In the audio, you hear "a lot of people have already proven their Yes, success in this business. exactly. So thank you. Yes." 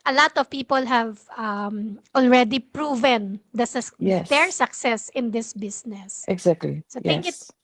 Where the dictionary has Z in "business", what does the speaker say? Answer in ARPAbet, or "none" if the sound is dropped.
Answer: S